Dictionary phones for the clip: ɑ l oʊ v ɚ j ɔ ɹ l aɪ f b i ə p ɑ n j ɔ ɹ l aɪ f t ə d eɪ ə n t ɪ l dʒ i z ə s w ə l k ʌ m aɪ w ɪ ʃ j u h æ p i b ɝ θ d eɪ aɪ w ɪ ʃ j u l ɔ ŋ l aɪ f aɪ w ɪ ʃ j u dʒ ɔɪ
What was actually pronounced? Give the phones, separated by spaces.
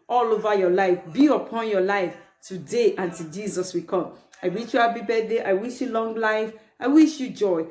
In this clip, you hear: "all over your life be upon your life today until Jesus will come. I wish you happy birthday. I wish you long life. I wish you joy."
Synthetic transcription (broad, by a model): ɑ l oʊ v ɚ j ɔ l aɪ f b i ə p ɑ n j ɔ l aɪ f t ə d eɪ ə n t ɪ dʒ i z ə s w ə k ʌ m aɪ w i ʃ j u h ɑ b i b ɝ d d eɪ aɪ w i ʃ j u l ɔ ŋ l aɪ f aɪ w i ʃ j u dʒ ɔɪ